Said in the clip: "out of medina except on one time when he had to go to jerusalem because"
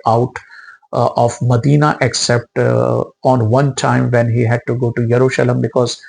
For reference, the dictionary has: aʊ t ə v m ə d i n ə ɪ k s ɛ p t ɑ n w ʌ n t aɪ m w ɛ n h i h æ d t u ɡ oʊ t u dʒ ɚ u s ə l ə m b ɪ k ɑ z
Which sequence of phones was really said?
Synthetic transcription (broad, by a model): aʊ t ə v m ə d i n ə ɪ k s ɛ p t ɑ n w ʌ n t aɪ m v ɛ n h i h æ d t u ɡ oʊ t u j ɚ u ʃ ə l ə m b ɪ k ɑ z